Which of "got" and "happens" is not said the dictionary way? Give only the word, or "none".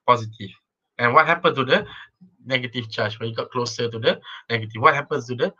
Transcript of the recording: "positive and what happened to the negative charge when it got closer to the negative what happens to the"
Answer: happens